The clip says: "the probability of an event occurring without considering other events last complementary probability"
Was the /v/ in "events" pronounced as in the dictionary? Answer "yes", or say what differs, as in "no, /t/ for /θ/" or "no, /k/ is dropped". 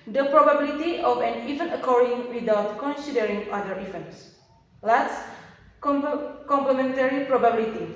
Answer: no, /f/ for /v/